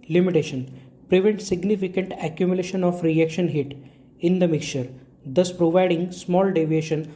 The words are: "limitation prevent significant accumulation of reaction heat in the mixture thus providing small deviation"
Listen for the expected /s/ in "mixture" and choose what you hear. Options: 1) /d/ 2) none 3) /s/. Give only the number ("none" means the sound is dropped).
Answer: 2